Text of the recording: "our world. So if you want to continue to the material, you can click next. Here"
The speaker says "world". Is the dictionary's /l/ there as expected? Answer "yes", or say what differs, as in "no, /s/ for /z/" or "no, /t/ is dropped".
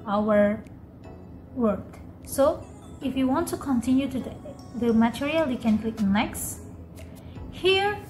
no, /l/ is dropped